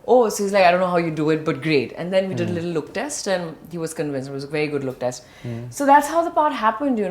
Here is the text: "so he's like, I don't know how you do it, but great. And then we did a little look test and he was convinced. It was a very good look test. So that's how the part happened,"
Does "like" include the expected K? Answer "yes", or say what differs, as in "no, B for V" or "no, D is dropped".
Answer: no, K is dropped